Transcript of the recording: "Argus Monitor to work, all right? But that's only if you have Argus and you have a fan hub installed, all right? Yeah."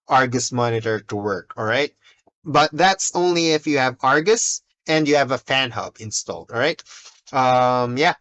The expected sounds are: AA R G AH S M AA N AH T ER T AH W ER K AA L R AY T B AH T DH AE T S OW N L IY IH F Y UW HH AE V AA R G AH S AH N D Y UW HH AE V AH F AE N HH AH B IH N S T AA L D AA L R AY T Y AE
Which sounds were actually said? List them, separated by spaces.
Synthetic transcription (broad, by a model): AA R G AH S M AA N AH T ER T AH W ER K AA L R AY T B AH T DH AE T S OW N L IY IH F Y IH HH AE V AA R G AH S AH N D Y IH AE V AH F AE N HH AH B IH N S T AA L D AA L R AY T Y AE